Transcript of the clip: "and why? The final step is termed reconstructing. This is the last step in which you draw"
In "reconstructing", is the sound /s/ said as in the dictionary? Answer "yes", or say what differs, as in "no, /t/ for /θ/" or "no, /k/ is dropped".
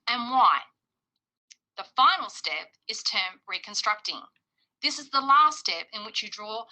yes